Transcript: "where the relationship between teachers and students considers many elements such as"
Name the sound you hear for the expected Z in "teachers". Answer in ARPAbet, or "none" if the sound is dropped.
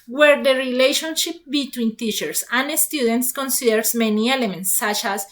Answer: S